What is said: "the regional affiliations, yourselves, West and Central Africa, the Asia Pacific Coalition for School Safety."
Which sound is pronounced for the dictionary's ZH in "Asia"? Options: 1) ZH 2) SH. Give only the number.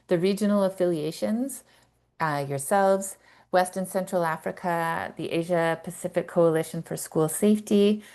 1